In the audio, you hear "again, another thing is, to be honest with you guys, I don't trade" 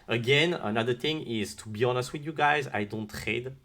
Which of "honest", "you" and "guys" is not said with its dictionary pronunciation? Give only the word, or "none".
none